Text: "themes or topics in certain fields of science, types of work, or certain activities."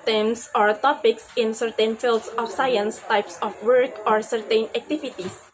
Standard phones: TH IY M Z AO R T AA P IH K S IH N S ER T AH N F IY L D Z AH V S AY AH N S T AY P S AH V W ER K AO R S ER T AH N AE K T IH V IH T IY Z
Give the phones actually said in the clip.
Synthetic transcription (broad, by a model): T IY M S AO R T AA P IH K S IH N S ER T AH N F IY L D S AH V S AY AH N S T AY P S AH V W ER K AO R S ER T AH N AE K T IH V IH T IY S